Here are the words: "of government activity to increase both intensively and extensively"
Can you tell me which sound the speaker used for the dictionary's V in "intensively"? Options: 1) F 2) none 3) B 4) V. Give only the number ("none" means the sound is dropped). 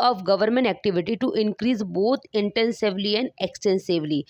4